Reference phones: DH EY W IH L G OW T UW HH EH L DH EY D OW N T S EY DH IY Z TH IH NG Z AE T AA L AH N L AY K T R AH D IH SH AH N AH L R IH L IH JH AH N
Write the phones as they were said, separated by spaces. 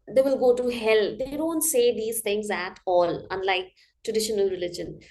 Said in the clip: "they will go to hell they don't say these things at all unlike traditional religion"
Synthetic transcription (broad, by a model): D EY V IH L G OW T UW HH EH L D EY D OW N T S EY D IY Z T IH NG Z AE T AA L AH N L AY K T R AH D IH SH AH N AH L R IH L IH JH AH N